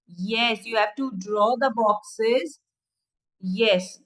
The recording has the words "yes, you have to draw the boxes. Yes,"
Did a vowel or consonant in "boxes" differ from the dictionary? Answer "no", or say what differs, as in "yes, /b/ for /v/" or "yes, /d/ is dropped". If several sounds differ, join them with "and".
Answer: no